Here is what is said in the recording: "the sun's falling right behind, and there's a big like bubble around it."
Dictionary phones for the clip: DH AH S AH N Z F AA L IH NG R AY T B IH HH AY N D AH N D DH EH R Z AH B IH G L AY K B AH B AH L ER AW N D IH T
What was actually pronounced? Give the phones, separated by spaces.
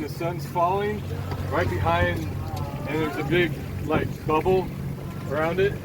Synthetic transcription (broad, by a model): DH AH S AH N Z F AA L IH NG R AY T B IH HH AY N D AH N DH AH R Z AH B IH G L AY K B AH B L ER AW N D IH T